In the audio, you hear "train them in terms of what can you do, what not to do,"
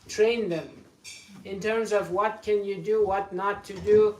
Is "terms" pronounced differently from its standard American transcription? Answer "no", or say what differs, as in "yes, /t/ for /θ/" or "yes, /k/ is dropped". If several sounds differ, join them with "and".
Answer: no